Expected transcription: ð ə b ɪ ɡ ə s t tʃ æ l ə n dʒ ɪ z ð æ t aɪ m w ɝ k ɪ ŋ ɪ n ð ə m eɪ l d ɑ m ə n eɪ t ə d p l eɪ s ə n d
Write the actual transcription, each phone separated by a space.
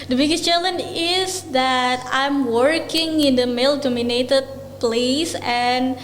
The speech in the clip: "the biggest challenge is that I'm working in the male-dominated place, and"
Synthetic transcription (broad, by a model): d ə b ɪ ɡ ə s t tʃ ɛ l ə n ɪ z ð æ t aɪ m w ɝ k ɪ ŋ ɪ n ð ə m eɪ l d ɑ m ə n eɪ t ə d p l eɪ s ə n